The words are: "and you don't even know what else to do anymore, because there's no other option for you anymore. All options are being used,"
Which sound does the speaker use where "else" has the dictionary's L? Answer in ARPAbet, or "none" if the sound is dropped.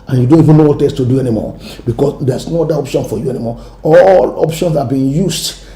none